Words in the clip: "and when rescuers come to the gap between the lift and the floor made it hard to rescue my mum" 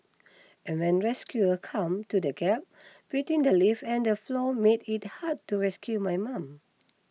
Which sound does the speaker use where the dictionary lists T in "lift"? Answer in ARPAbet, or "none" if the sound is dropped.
none